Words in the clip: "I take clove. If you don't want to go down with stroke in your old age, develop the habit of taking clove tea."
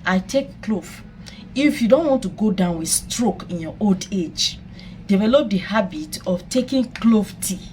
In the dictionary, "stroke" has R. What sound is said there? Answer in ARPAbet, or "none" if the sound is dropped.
R